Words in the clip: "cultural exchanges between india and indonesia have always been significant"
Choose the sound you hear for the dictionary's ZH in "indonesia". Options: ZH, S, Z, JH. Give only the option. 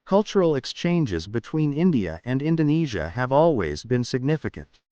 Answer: ZH